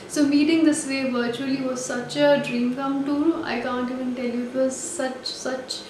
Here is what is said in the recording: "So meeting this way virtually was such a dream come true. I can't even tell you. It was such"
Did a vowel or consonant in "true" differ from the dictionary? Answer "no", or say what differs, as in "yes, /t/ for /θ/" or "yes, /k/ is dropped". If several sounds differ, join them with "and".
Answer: yes, /ɹ/ is dropped